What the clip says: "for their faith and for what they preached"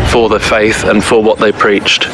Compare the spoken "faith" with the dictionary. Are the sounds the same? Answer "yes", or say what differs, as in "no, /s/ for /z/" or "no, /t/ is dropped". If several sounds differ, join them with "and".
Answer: yes